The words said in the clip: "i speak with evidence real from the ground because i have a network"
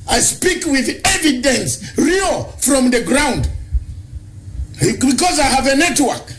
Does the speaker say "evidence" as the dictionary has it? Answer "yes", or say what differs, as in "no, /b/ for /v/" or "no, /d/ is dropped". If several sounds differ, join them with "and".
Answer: yes